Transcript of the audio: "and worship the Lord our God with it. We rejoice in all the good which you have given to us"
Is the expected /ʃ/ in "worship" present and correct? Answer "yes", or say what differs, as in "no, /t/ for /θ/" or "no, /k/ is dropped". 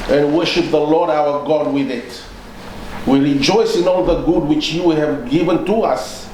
yes